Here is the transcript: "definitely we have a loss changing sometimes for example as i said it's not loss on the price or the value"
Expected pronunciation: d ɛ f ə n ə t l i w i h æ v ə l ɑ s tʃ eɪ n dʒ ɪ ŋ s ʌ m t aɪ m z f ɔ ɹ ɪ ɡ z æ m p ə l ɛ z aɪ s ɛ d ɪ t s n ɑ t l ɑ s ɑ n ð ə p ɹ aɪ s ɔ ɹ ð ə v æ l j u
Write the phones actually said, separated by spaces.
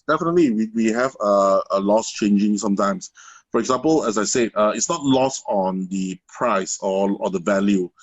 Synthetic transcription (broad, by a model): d ɛ f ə n ə t l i w i h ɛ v ə l ɑ s tʃ eɪ n dʒ ɪ ŋ s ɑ m t aɪ m s f ɔ ɹ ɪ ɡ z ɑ m p ə l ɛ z aɪ s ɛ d ɪ t s n ɑ t l ɑ s ɑ n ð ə p ɹ aɪ s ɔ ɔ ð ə v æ l j u